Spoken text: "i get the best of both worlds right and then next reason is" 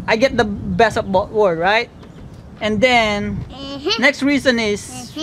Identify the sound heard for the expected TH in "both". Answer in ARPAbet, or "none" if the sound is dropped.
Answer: T